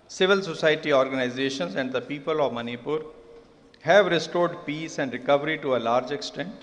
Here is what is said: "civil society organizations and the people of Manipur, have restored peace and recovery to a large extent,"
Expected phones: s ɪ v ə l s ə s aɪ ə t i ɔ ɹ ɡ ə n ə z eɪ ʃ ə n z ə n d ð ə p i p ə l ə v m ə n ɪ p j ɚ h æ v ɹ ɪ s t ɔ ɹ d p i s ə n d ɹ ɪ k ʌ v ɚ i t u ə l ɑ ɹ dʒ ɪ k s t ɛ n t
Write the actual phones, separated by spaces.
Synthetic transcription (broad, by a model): s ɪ v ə l s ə s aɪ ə t i ɔ ɹ ɡ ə n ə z eɪ ʃ ə n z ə n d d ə p i p ə l ə v m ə n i p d h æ v ɹ ɪ s t ɔ ɹ d p i s ə n d ɹ ɪ k ʌ v ɚ i t u ə l ɑ ɹ dʒ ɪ k s t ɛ n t